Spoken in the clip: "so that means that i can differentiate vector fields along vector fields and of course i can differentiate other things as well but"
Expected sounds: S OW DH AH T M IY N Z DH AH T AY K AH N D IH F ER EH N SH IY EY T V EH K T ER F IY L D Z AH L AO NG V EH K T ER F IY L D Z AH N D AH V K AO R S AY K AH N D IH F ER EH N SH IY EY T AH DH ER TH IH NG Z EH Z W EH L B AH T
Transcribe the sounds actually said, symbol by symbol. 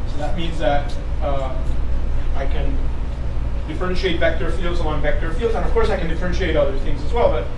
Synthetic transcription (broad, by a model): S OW DH AH T M IY N Z DH AH T AY K AH N D IH F ER EH N SH IY EY T V EH K T ER F IY L D Z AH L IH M V EH K T ER F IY L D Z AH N AH V K AO R S AY K N D IH F ER EH N SH IY EY T AH DH ER TH IH NG Z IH Z W EH L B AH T